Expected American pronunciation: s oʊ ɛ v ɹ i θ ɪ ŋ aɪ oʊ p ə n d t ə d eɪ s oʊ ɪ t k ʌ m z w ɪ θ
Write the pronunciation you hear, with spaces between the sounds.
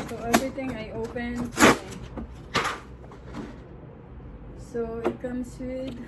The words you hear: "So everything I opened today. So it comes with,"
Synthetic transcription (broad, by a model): s oʊ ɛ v ɹ i t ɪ ŋ aɪ oʊ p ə n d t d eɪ s oʊ ɪ t k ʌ m s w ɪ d